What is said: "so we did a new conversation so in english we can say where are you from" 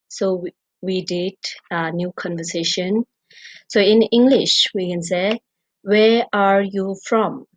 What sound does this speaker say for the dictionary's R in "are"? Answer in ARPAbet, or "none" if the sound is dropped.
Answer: R